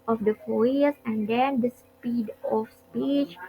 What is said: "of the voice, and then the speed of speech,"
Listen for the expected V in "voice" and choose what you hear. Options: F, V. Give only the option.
F